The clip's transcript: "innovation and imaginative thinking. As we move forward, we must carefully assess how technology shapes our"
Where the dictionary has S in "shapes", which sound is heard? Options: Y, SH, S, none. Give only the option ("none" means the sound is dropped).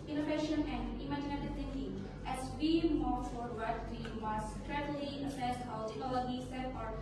none